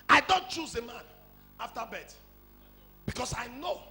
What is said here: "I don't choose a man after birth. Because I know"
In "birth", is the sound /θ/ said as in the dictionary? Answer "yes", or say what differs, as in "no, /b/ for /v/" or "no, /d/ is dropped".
no, /t/ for /θ/